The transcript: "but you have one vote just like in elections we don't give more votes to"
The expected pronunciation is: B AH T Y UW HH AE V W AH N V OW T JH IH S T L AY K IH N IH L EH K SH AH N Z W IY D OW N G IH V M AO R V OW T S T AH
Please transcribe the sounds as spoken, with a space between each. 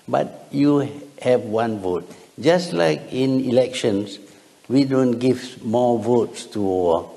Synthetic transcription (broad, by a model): B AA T Y UW HH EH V W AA N V OW T JH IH S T L AY K IH N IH L EH K SH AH N S W IY D OW N G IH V M AO V OW T S T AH